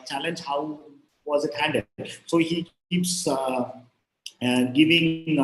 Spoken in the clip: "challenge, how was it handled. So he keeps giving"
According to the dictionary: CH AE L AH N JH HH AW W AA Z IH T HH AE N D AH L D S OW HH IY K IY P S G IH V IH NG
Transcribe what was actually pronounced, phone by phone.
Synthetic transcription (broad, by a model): CH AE L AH N JH HH AW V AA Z IH T HH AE N D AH D S OW HH IY K IY P S G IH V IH NG